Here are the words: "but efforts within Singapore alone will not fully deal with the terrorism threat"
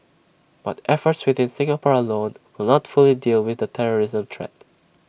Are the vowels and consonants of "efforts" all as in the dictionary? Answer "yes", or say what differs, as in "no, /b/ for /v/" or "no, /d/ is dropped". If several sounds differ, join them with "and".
yes